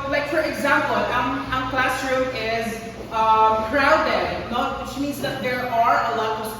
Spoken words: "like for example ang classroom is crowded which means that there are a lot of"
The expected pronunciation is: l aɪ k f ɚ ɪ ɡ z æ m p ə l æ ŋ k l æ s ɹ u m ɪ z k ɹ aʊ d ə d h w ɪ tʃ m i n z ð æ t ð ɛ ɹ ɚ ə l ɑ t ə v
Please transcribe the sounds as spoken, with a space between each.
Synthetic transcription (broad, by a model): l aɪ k f ɚ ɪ ɡ z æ m p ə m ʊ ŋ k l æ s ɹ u ɪ z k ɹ aʊ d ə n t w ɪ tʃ m i n z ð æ t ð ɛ ɹ ɚ ə l ɑ t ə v